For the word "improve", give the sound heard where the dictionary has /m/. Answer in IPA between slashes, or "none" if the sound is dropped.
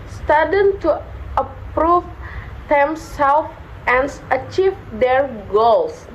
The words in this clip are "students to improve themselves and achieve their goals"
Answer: none